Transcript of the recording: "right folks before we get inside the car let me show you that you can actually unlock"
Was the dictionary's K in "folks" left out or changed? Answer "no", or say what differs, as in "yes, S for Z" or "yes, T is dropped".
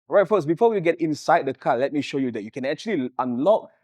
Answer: yes, K is dropped